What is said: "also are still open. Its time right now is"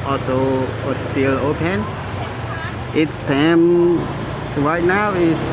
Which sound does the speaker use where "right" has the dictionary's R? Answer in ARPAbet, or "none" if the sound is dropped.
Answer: W